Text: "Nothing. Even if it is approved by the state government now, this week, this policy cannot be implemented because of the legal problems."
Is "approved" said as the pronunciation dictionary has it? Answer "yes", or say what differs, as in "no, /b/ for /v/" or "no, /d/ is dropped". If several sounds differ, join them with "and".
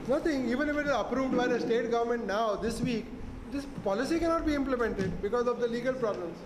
yes